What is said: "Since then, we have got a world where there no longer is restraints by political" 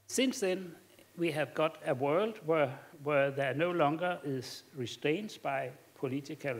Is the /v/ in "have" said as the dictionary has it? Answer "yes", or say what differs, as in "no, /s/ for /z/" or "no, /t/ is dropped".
yes